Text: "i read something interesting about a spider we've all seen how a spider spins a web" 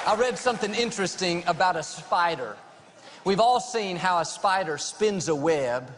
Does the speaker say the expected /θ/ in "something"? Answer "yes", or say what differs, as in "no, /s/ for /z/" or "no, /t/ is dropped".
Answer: yes